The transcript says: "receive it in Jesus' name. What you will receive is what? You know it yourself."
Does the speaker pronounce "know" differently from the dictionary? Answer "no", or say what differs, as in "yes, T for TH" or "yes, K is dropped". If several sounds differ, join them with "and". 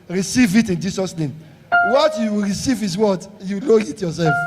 yes, L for N